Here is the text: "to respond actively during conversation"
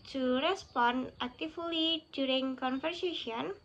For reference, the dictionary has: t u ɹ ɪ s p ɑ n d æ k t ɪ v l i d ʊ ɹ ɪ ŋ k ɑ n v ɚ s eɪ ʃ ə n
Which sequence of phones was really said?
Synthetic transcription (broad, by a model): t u ɹ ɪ s p ɑ n æ k t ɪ f l i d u ɹ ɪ ŋ k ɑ n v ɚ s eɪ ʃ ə n